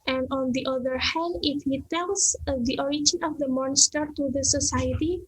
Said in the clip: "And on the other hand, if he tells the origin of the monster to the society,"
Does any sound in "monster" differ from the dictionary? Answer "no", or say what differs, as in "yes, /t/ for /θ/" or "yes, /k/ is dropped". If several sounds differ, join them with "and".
no